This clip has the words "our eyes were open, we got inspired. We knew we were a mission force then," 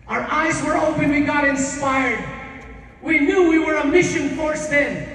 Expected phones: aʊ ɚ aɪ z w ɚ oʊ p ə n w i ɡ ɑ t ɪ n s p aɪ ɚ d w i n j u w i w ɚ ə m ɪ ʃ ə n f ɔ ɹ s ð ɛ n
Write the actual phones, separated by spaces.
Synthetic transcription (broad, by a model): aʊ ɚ aɪ z w ɚ oʊ p ə n w i ɡ ɑ t ɪ n s p aɪ ɚ d w i n j u w i w ɚ ə m ɪ ʃ ə n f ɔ ɹ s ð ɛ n